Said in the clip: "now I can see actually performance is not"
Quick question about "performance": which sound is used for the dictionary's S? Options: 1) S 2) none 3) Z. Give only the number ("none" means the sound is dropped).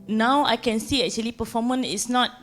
2